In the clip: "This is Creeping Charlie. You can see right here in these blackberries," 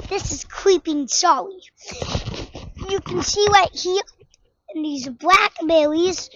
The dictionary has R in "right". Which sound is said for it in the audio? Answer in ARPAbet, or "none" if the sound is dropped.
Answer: L